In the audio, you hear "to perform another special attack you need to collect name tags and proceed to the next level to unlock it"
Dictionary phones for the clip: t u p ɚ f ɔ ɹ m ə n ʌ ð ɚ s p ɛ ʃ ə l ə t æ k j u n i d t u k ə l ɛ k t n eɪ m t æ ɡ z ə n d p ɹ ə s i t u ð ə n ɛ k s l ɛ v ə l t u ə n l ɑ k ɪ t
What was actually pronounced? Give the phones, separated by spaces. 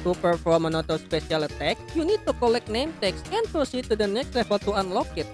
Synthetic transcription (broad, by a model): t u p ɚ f ɔ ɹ m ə n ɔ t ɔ s p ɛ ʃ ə l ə t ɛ k j u n i d t u k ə l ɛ k n eɪ m t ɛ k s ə n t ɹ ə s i t u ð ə n ɛ k s l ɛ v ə l t u ə n l ɑ k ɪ t